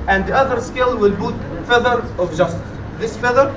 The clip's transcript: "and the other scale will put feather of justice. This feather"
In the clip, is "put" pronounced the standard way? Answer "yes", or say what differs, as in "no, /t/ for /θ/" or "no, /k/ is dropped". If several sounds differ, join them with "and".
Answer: no, /b/ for /p/